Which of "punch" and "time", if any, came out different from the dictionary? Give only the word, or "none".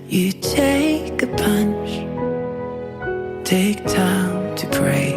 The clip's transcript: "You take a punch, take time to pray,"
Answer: none